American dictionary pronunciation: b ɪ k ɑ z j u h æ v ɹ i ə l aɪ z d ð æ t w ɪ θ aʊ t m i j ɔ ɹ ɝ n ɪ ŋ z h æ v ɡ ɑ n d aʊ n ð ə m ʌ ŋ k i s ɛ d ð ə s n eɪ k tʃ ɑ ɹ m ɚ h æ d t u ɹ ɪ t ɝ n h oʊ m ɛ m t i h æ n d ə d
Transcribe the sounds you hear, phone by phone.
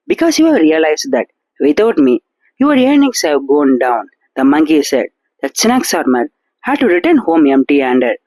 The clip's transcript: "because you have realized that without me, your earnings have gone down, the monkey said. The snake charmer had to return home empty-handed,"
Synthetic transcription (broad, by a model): b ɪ k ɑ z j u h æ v ɹ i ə l aɪ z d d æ t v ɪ t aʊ t m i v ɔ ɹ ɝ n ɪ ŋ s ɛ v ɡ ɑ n d aʊ n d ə m ʌ ŋ k i s ɛ d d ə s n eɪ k s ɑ ɹ m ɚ h æ d t u ɹ ɪ t ɝ n h oʊ m ɛ m t i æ n d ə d